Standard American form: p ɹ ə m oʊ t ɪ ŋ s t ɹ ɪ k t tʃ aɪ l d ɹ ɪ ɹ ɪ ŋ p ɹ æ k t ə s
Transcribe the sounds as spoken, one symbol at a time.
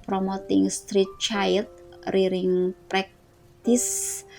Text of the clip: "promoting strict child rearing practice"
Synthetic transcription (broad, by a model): p ɹ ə m oʊ t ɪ ŋ s t ɹ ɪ t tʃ aɪ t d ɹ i ɹ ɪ ŋ p ɹ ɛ k t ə s